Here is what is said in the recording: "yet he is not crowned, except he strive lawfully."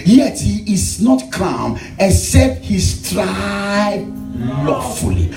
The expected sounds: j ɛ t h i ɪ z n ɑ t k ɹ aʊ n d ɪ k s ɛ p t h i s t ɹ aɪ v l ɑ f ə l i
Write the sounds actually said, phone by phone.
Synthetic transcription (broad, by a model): j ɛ t h i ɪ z n ɑ t k aʊ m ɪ s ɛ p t h i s t ɹ aɪ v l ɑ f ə l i